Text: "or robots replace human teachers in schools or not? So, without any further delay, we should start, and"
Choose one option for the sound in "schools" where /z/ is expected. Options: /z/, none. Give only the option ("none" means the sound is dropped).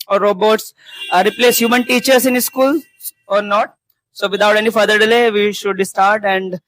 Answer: none